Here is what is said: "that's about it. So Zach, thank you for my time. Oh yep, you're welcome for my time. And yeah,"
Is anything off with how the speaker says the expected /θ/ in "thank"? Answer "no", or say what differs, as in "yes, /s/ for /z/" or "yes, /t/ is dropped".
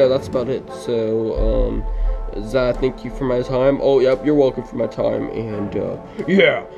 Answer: no